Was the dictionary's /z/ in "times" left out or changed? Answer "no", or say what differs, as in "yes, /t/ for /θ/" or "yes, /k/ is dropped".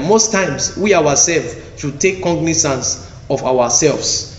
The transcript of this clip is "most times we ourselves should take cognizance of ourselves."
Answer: yes, /s/ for /z/